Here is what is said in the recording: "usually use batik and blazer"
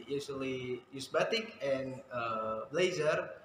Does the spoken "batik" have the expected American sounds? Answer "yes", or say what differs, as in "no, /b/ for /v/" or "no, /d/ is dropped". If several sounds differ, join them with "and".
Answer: yes